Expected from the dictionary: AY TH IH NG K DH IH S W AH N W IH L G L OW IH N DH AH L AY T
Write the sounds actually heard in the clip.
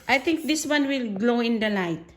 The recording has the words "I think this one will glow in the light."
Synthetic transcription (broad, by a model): AY T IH NG K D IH S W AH N W IH L G L OW IH N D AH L AY T